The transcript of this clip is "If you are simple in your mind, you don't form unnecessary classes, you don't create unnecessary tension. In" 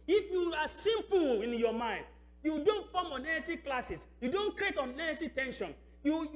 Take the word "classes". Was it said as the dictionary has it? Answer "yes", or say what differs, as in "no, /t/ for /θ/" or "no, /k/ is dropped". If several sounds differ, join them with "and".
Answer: no, /s/ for /z/